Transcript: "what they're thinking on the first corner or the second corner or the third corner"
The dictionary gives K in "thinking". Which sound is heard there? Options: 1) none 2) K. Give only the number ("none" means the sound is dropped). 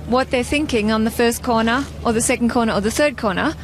2